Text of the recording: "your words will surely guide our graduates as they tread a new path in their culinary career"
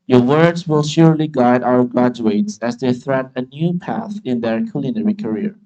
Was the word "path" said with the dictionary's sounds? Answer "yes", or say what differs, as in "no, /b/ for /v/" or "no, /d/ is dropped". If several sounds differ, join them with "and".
yes